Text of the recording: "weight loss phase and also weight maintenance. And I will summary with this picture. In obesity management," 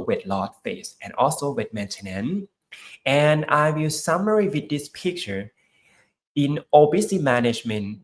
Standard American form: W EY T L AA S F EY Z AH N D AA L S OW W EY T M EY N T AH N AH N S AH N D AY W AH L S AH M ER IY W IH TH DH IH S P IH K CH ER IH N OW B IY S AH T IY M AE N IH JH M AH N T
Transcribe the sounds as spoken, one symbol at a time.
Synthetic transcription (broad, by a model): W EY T L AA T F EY S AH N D AA L S OW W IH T M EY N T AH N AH N AH N AY W AH L S AH M ER IY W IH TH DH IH S P IH K CH ER IH N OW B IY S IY M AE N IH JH M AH N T